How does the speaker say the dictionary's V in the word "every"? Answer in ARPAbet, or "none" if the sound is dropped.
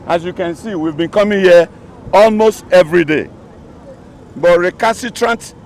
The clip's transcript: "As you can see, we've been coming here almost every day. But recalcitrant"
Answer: V